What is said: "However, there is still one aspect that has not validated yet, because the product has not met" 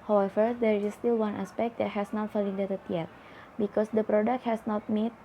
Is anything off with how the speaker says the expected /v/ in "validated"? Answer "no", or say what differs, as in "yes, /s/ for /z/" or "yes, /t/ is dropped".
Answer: yes, /f/ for /v/